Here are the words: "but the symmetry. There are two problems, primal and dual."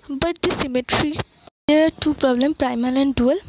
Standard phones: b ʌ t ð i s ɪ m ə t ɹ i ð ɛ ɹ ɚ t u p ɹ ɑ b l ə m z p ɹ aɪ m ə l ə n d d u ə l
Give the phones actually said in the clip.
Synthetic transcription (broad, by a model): b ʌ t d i s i m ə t ɹ i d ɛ ɹ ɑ t u p ɹ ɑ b l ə m p ɹ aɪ m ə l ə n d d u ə l